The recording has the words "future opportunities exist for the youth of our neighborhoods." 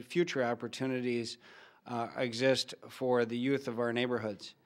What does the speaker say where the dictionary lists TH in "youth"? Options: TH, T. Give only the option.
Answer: TH